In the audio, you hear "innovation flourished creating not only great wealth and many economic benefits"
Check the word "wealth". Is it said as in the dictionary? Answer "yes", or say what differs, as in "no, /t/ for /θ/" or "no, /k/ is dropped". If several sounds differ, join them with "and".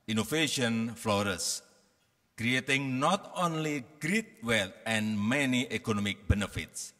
no, /t/ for /θ/